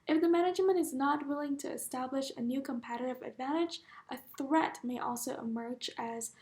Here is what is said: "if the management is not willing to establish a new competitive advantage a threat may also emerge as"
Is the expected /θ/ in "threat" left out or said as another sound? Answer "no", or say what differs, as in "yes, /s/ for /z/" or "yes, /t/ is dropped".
no